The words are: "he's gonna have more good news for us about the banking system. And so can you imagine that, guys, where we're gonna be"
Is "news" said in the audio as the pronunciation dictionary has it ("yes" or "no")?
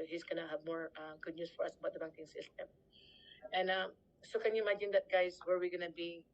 no